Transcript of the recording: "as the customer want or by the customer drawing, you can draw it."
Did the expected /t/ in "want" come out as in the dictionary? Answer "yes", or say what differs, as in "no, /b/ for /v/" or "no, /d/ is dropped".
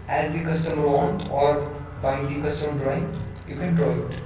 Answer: no, /t/ is dropped